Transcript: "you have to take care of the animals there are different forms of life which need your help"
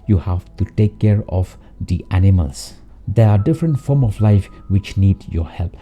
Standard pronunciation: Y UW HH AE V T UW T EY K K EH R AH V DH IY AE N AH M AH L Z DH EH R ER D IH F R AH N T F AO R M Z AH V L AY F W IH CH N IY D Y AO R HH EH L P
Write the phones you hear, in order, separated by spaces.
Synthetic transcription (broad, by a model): Y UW HH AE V T UW T EY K K EH R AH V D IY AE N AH M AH L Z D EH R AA D IH F R AH N T F AO R M AH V L AY F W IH CH N IY D Y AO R HH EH L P